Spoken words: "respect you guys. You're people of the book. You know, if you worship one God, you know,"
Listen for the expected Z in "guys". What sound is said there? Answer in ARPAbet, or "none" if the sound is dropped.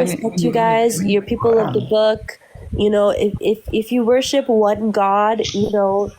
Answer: Z